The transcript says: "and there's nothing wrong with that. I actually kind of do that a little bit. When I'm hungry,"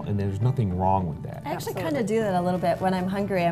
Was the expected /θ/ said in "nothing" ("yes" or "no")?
yes